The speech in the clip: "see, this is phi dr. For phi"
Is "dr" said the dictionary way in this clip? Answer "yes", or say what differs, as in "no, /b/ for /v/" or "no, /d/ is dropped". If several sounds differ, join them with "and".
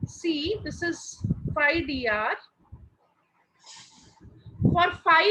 no, /k/ is dropped